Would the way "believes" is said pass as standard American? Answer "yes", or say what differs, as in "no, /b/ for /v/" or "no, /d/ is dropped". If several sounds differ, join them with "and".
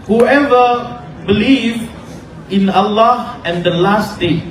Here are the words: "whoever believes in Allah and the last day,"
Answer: no, /z/ is dropped